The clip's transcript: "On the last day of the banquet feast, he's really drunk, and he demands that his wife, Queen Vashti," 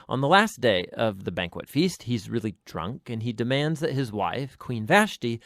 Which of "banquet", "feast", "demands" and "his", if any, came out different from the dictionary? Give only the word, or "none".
none